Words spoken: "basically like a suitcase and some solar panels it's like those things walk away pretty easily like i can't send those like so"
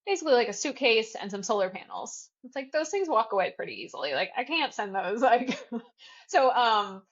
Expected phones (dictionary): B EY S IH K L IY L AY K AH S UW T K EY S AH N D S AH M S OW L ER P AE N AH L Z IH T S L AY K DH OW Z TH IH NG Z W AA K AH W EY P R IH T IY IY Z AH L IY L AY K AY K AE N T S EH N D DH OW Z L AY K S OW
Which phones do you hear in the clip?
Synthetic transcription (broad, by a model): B EY S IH K L IY L AY K AH S UW K EY S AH N S AH M S OW L ER P AE N L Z IH T S L AY K DH OW Z TH IH NG Z W AA K AH W EY P R IH T IY IY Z L IY L AY K AY K AE N T S EH N DH OW Z L AY K S OW